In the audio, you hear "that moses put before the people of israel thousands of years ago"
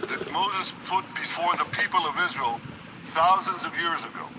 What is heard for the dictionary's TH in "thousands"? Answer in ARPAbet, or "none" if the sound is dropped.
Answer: TH